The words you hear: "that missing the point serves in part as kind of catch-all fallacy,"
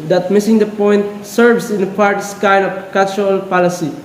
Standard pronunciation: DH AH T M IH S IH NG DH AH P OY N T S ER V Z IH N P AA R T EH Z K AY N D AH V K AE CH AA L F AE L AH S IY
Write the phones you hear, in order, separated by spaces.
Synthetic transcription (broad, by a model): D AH T M IH S IH NG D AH P OY N T S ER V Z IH N P AA R T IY S K AY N AH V K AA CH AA L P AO L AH S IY